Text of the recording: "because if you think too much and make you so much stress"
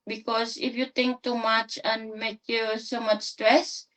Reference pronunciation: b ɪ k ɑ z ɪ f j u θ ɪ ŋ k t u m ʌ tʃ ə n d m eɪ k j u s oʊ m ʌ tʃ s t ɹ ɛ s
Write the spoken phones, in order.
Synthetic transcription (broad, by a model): b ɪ k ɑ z ɪ f j u t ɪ ŋ k t u m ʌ tʃ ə n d m eɪ k j u s oʊ m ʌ tʃ s t ɹ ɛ s